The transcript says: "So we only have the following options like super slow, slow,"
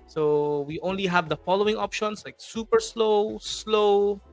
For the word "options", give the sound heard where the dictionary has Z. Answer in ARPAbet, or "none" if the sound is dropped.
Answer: S